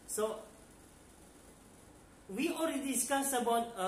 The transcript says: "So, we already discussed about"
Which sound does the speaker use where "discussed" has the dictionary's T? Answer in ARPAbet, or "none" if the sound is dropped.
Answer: none